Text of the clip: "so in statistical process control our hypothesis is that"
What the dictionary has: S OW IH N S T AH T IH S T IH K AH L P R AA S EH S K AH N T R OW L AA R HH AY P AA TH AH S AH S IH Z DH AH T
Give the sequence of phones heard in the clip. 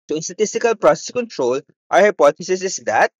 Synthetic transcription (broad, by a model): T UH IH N S T AH T IH S T IH K AH L P R AA S EH S K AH N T R OW L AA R HH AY P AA T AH S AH S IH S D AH T